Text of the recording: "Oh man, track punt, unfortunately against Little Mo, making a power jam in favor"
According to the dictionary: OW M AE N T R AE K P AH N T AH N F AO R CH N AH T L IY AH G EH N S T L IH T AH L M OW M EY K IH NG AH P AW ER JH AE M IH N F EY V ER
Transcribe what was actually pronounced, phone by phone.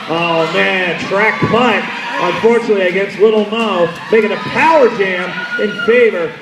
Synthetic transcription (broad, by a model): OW M AE N T R AE K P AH T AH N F AO R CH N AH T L IY AH G EH N S T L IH T L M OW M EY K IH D AH P AW ER JH AE M IH N F EY V ER